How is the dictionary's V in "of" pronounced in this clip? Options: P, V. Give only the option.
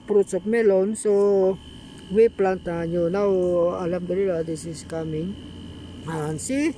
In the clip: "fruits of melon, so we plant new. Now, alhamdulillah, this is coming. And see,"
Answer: P